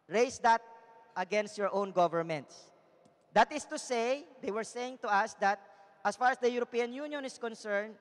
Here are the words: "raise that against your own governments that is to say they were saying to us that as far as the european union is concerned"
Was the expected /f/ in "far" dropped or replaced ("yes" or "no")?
no